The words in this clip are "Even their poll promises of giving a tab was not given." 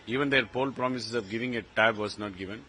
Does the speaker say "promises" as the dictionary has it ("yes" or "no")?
no